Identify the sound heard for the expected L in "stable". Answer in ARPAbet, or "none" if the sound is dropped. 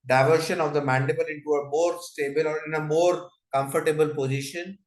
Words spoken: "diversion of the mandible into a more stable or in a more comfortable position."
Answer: L